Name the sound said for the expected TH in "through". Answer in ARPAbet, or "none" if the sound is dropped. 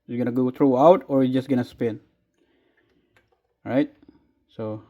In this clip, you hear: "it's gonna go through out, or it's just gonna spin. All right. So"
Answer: T